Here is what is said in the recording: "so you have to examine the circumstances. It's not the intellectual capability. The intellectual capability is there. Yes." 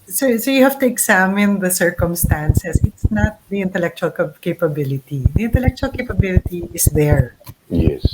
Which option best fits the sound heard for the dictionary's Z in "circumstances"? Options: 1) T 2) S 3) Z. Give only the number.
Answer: 2